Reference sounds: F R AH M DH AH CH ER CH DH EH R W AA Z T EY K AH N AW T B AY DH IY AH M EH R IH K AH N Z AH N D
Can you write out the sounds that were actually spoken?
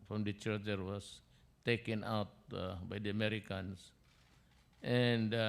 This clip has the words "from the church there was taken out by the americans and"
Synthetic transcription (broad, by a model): F R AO M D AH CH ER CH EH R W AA S T EY K AH N AW T B AY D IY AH M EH R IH K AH N S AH N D